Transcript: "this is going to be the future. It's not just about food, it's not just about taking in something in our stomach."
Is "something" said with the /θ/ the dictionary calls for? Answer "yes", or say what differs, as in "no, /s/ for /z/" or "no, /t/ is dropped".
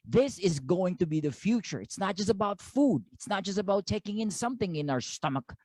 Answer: yes